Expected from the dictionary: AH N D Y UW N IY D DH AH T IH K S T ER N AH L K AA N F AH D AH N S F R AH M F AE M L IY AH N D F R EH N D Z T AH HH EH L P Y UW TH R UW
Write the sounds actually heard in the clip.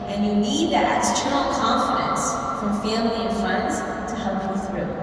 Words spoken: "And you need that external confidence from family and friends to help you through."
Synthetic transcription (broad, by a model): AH N Y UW N IY D DH AH T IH S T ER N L K AA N F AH D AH N S F R AH M F AE M L IY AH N F AH N D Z T AH HH EH L P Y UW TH R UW